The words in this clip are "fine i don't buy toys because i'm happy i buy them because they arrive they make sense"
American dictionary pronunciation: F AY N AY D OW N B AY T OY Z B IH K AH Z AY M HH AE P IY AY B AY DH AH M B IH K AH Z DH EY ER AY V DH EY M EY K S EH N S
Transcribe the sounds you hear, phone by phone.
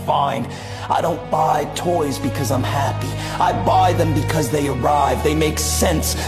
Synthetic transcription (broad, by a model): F AY N AY D OW N B AY T OY Z B IH K AH Z AY M HH AE P IY AY B AY DH AH M B IH K AH Z DH EY ER AY V DH EY M EY K S EH N S